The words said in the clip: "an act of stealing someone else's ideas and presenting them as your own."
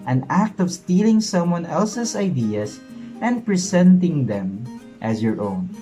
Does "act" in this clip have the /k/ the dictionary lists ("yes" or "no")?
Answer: yes